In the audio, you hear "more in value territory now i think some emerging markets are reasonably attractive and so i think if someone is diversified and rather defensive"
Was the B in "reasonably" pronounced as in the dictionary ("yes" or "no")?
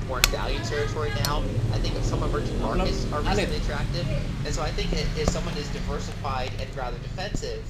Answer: no